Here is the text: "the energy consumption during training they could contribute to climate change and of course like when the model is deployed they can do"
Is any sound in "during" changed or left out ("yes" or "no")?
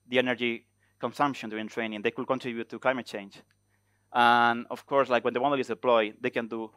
yes